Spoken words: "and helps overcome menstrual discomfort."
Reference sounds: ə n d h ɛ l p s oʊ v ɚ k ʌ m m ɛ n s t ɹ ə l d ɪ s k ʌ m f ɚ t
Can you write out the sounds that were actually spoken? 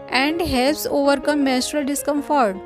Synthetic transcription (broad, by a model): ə n d h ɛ l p s oʊ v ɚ k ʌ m m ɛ s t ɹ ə l d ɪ s k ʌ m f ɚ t